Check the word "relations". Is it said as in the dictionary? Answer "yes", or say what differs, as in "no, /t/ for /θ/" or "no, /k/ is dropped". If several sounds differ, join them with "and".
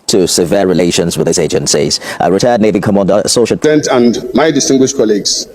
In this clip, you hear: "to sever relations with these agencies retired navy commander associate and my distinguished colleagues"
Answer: yes